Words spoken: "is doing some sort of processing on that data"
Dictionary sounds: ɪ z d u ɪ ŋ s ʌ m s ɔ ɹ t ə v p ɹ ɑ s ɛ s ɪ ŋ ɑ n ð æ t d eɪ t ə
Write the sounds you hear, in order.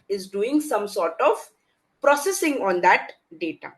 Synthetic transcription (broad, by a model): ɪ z d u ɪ ŋ s ʌ m s ɔ ɹ t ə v p ɹ ɑ s ɛ s ɪ ŋ ɑ n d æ t d eɪ t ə